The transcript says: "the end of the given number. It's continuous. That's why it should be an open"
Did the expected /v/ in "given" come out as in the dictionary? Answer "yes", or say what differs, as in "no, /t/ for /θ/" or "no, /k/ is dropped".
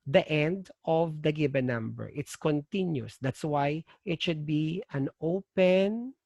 no, /b/ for /v/